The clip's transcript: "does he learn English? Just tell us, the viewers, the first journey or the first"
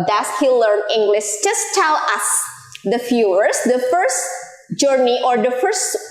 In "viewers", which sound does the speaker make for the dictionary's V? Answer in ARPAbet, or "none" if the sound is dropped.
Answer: F